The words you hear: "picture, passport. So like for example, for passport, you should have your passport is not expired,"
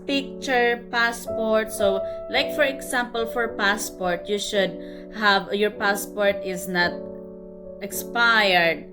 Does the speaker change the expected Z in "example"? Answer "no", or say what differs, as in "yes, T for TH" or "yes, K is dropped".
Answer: yes, S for Z